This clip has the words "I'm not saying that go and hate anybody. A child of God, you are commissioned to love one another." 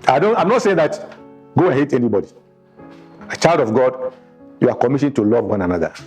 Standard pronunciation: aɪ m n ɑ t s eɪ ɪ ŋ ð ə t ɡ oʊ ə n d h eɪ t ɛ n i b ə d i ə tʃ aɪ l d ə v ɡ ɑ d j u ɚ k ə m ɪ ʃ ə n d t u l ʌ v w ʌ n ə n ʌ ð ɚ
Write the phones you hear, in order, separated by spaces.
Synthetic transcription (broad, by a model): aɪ m n ɑ t s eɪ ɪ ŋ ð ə t ɡ oʊ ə n h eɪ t ɛ n i b ə d i ə tʃ aɪ l d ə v ɡ ɑ d j u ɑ k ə m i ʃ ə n t u l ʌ v w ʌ n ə n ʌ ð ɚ